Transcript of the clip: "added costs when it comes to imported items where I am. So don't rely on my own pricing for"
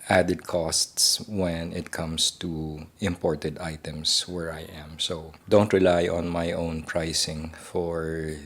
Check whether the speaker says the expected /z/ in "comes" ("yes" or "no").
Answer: no